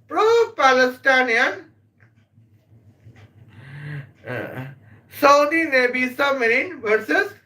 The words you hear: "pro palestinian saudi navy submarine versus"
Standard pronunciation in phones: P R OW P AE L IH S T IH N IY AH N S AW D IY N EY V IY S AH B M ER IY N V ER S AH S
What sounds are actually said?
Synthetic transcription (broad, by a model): P R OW P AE L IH S T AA N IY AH N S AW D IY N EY B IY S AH M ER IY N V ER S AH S